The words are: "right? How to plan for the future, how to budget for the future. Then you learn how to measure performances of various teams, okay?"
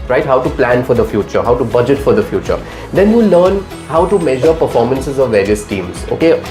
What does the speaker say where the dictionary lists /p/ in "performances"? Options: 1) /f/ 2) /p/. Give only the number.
2